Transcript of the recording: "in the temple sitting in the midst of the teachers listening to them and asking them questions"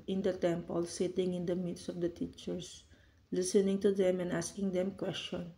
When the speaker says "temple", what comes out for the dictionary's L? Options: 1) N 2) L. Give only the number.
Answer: 2